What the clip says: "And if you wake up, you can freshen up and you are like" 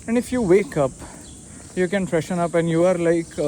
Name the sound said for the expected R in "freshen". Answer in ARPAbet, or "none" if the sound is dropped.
R